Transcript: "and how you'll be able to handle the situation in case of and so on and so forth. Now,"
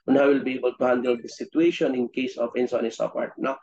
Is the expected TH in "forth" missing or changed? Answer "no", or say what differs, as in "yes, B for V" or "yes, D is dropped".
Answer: yes, T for TH